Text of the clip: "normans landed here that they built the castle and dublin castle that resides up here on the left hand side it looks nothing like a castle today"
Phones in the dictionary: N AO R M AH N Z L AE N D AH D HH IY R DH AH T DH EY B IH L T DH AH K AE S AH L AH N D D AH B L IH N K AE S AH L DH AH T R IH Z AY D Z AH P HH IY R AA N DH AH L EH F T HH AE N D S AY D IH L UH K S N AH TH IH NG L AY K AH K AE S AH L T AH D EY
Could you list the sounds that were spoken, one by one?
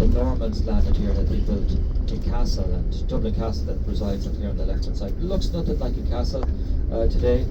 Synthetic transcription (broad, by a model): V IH R M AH N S L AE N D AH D HH IY R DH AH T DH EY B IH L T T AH K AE S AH L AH N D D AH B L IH K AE S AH L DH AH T R IH Z AY D Z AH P HH IY R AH N DH AH L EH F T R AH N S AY IH L UH K S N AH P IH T L AY K AH K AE S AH L T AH D EY